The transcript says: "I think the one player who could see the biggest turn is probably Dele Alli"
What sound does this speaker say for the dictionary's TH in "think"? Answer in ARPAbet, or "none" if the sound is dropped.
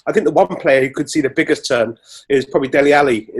TH